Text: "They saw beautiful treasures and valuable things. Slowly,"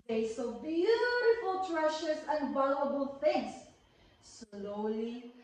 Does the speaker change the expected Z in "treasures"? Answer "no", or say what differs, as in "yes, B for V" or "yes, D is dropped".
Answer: yes, S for Z